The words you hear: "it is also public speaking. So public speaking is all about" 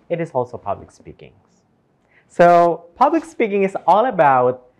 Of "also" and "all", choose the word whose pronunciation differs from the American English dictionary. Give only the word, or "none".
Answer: none